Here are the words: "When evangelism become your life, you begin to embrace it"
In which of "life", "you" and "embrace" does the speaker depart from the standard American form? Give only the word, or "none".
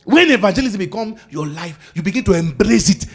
none